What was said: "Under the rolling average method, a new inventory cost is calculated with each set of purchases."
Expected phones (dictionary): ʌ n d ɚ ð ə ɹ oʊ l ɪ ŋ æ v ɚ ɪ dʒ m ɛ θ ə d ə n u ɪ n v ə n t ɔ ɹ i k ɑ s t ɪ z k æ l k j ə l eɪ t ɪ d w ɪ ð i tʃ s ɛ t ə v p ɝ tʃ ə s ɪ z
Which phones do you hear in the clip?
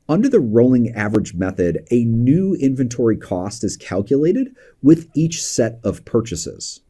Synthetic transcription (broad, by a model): ʌ n d ɚ ð ə ɹ oʊ l ɪ ŋ æ v ɚ ɪ dʒ m ɛ θ ə d ə n u ɪ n v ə n t ɔ ɹ i k ɑ s t ɪ z k æ l k j ə l eɪ t ɪ d w ɪ ð i tʃ s ɛ t ə v p ɝ tʃ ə s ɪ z